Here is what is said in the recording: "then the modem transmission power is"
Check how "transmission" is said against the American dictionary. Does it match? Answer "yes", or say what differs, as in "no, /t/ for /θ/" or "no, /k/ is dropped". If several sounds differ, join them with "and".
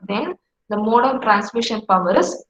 yes